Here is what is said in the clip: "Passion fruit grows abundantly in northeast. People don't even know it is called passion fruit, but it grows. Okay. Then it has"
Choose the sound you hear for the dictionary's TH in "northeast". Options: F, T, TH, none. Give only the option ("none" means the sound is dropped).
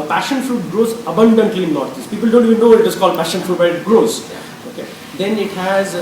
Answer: T